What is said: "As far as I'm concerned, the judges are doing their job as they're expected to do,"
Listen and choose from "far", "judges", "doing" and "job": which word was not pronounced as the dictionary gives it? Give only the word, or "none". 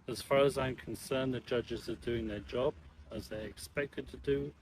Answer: none